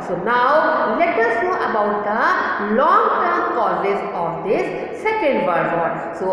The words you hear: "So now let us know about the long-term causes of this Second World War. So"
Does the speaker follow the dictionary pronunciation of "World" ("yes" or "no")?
no